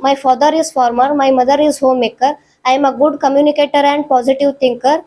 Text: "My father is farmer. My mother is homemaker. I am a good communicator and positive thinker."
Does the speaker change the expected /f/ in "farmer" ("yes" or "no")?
no